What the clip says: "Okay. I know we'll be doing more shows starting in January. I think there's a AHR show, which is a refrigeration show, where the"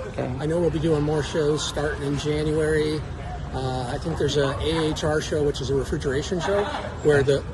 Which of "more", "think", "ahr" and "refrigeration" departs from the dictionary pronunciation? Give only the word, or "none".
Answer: none